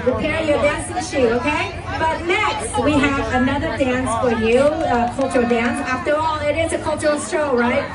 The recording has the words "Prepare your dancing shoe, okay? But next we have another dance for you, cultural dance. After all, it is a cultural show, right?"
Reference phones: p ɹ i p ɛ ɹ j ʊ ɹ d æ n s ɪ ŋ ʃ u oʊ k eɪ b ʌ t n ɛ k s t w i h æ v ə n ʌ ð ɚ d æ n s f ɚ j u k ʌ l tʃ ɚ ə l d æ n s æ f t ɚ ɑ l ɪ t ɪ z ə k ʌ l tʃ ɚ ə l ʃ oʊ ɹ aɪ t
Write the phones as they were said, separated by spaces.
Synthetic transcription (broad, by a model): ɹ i p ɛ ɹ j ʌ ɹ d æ n s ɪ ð ʃ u oʊ k eɪ b ʌ t n ɛ k s t w i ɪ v ə n ʌ ð ɚ d æ n s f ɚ j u k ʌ l tʃ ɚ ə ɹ d æ n s æ f t ɚ ɑ l ɪ t ɪ z ə k ʌ l tʃ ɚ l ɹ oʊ ɹ aɪ t